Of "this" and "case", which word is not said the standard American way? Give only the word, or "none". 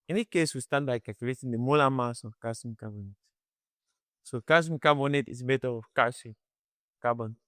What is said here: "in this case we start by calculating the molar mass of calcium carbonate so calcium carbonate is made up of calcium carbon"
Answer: this